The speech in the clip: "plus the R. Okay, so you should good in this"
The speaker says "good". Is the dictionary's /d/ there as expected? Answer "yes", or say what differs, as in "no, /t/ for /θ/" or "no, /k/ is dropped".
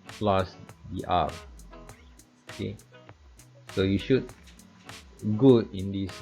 no, /d/ is dropped